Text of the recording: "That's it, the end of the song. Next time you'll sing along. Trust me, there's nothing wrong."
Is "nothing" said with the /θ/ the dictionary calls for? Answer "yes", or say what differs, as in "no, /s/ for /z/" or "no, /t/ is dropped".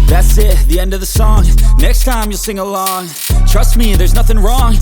yes